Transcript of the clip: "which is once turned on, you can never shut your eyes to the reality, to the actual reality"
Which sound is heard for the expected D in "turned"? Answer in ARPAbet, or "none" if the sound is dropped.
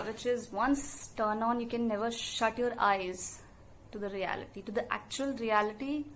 none